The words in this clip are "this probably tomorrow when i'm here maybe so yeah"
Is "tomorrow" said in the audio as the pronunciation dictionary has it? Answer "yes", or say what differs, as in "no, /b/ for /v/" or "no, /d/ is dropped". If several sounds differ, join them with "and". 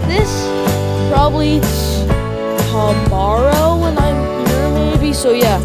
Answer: no, /s/ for /t/